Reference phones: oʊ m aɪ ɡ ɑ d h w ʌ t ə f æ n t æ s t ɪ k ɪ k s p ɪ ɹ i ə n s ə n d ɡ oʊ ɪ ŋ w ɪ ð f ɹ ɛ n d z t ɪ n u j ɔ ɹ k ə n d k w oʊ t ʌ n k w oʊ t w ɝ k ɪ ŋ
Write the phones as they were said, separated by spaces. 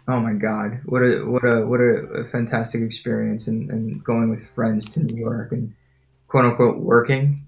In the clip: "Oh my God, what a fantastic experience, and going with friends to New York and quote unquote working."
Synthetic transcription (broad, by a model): oʊ m aɪ ɡ ɑ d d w ʌ t ə f æ n t æ s t ɪ k ɪ k s p ɪ ɹ i ə n s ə n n ɡ oʊ ɪ ŋ w ɪ ð f ɹ ɛ n d z t ɪ n u j ɔ ɹ k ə n k w oʊ t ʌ k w oʊ t w ɝ k ɪ ŋ